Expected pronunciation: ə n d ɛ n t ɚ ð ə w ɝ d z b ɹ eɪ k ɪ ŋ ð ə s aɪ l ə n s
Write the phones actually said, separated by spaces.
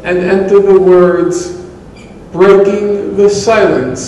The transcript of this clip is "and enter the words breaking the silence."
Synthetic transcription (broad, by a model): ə n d ɛ n t ɚ ð ə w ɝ d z b ɹ eɪ k ɪ ŋ ð ə s aɪ l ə n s